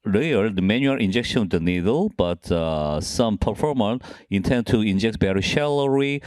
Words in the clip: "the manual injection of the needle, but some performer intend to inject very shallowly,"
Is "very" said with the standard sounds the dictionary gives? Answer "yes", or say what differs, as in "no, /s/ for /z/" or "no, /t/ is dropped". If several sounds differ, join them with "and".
no, /b/ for /v/